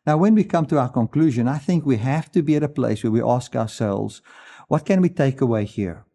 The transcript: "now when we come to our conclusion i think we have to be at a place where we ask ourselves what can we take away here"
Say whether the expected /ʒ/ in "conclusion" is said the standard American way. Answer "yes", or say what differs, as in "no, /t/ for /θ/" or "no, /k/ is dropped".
yes